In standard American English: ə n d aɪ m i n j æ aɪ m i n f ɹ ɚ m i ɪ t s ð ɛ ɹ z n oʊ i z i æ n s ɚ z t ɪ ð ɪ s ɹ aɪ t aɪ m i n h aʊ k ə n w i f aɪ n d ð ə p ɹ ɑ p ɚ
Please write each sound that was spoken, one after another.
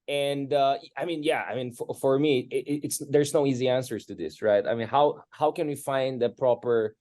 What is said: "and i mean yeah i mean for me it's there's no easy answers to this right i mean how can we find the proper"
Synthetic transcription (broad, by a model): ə n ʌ aɪ m i n j æ aɪ m i n f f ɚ m i ɪ t s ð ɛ ɹ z n oʊ i z i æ n s ɚ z t ɪ ð ɪ s ɹ aɪ t aɪ m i n h aʊ k ə n w i f aɪ n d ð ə p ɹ ɑ p ɚ